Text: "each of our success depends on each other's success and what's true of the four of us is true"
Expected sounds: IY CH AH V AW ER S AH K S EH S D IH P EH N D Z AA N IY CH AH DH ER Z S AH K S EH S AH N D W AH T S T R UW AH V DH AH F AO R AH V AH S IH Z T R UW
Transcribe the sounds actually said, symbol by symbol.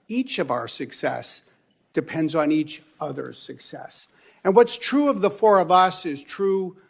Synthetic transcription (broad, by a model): IY CH AH V AW ER S AH K S EH S D IH P EH N D Z N IY CH AH DH ER S AH K S EH S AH N W AH T S T R UW AH V DH AH F AO R AH V AH S IH Z T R UW